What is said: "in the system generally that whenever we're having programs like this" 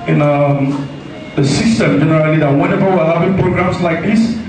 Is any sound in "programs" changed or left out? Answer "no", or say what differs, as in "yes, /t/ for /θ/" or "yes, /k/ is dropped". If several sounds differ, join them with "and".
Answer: yes, /s/ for /z/